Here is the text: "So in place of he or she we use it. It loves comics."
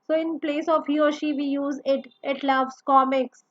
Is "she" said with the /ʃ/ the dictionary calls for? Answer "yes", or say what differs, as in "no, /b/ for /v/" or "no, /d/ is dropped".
yes